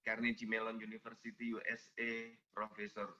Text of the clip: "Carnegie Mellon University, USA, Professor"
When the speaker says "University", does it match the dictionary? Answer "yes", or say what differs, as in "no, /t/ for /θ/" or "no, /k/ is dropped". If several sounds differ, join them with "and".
no, /f/ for /v/